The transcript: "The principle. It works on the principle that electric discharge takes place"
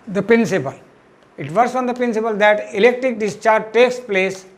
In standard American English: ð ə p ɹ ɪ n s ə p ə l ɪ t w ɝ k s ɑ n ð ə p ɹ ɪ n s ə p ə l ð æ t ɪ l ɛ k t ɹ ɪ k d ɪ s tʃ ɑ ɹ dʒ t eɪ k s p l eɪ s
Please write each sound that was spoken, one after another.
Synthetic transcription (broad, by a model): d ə p ɹ ɪ n s ə p ə l ɪ t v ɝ s ɑ n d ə p ɹ ɪ n s ə p ə l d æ t ɪ l ɛ k t ɹ ɪ k d ɪ s tʃ ɑ ɹ dʒ t eɪ k s p l eɪ s